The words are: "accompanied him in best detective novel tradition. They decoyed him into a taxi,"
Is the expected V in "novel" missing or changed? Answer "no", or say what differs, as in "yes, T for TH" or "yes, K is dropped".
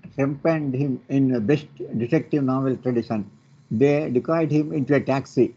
no